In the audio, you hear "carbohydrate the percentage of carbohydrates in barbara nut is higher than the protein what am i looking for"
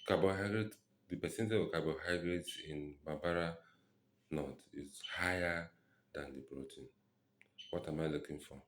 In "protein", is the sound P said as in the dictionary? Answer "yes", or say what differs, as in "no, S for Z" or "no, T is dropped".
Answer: no, B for P